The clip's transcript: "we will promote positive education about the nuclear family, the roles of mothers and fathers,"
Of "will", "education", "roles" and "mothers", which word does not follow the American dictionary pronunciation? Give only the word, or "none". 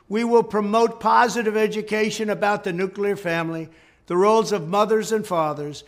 none